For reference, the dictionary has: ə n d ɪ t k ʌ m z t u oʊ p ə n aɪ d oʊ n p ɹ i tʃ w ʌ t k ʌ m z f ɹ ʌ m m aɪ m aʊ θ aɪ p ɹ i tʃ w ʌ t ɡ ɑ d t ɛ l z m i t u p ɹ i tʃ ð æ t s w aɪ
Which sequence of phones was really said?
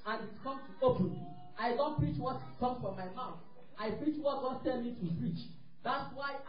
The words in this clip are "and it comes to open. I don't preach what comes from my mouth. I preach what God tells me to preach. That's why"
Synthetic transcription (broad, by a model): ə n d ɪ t k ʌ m t u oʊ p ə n aɪ d oʊ n p ɹ i tʃ w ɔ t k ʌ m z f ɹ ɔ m m aɪ m aʊ θ aɪ p ɹ i tʃ w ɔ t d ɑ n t ɛ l m i t u p ɹ i tʃ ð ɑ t s w aɪ